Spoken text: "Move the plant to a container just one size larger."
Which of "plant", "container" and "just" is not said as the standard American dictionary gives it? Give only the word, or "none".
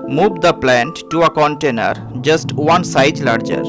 none